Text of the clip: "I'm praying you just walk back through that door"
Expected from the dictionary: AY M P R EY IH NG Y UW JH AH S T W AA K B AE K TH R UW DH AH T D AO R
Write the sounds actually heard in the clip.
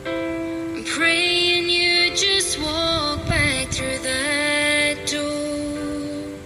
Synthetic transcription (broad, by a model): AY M P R EY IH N Y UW JH AH S T W AA K B AE K TH R UW DH AH T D AO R